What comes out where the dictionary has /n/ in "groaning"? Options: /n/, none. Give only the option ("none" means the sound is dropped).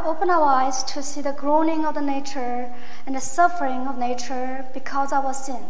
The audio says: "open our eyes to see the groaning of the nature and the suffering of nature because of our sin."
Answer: /n/